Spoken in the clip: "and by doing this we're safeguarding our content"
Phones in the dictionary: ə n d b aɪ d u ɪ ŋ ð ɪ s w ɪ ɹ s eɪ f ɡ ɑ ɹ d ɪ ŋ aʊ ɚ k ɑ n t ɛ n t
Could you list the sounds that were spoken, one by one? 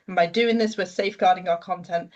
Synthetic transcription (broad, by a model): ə n b aɪ d u ɪ ŋ ð ɪ s w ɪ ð s eɪ f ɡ ɑ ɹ d ɪ ŋ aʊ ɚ k ɑ n t ɛ n t